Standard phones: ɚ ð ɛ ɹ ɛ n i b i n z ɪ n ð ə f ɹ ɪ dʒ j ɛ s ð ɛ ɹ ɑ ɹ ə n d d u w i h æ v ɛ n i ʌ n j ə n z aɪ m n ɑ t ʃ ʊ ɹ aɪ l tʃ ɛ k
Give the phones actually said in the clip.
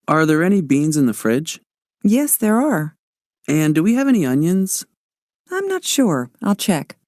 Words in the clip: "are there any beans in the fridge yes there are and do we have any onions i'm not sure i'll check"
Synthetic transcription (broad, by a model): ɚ ð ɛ ɹ ɛ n i b i n z ɪ n ð ə f ɹ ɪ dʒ j ɛ s ð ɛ ɹ ɑ ɹ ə n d d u w i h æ v ɛ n i ʌ n j ə n z aɪ m n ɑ t ʃ ʊ ɹ aɪ l tʃ ɛ k